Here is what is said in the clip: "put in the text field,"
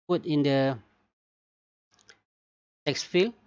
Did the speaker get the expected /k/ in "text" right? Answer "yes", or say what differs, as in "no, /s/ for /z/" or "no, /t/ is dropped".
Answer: yes